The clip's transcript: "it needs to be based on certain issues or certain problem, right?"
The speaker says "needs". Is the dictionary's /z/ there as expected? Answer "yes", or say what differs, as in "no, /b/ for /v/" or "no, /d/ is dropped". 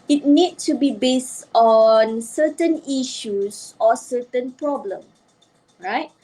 no, /z/ is dropped